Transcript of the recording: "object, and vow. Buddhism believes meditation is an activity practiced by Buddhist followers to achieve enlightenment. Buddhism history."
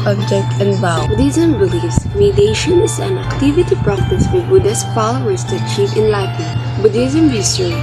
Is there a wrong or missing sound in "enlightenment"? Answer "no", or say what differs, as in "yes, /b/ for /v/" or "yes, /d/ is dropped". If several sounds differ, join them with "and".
yes, /m/ is dropped